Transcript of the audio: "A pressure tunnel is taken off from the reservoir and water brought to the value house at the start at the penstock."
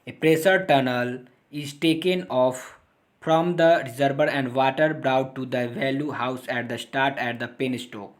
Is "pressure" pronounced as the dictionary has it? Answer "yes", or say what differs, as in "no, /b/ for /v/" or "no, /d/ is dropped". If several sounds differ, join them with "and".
no, /s/ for /ʃ/